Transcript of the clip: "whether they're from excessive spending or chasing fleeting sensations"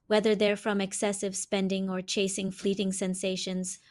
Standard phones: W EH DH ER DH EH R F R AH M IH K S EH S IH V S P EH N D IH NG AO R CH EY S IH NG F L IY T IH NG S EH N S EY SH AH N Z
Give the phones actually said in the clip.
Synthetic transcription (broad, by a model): W EH DH ER DH EH R F R AH M IH K S EH S IH V S P EH N D IH NG AO R CH EY S IH NG F L IY T IH NG S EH N S EY SH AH N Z